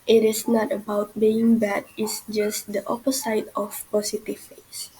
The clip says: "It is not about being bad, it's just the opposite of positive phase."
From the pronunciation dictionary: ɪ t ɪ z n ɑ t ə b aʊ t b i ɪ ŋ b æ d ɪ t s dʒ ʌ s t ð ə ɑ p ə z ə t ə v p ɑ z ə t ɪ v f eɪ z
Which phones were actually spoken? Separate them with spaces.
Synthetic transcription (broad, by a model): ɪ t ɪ s n ɑ t ə b aʊ t b i ɪ ŋ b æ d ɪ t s dʒ ʌ s t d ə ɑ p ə s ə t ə f p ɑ s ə t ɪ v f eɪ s